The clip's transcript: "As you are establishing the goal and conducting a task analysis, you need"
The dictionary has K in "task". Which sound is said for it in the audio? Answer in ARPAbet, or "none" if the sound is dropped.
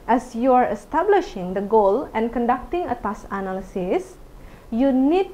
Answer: none